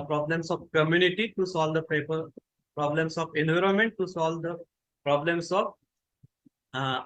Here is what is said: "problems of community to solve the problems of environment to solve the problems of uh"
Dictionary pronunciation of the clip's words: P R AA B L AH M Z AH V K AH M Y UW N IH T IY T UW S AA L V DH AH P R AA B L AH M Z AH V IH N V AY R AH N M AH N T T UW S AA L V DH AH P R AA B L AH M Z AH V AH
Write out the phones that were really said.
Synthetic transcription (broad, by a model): P R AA B L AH M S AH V K AH M Y UW N IH T IY T UW S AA L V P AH P R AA B L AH M S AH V IH N V AY R AH N M AH N T T UW S AA L V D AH P R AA B L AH M S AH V